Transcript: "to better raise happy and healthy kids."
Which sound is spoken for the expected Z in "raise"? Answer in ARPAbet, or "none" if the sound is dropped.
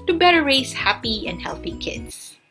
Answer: S